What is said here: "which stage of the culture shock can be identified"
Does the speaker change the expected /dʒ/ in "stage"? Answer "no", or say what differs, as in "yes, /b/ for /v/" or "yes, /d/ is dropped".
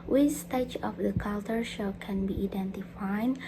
yes, /tʃ/ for /dʒ/